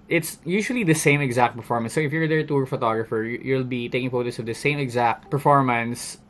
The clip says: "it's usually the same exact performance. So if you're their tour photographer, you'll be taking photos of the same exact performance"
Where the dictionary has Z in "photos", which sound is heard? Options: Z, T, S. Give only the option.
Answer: S